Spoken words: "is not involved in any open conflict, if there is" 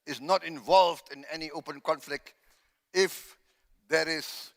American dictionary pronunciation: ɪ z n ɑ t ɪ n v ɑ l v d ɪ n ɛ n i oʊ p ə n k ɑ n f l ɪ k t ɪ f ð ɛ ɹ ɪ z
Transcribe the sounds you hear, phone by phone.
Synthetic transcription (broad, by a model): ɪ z n ɑ t ɪ n v ɑ l v d ɪ n ɛ n i oʊ p ə n k ɑ n f l ɪ k t ɪ f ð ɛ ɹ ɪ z